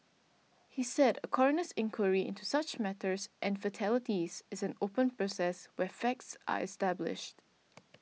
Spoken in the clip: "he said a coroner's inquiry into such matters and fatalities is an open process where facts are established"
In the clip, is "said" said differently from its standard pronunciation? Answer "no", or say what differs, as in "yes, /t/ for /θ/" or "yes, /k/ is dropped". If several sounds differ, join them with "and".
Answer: no